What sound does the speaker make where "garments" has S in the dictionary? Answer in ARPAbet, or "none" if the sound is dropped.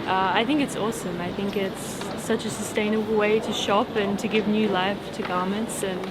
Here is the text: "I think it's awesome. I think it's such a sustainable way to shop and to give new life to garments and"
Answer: S